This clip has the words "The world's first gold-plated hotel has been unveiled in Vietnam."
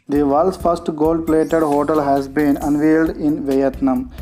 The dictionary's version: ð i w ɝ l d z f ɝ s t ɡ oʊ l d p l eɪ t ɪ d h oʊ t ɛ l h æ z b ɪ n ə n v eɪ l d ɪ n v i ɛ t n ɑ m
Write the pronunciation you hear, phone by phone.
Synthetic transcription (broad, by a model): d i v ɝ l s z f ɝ s t ɡ oʊ l d p l eɪ t ɪ d h oʊ t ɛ l h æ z b ɪ n ə n v eɪ l d ɪ n v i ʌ t n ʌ m